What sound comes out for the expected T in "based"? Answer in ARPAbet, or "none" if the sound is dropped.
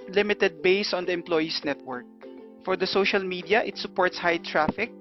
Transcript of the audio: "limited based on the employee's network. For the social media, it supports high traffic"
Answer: none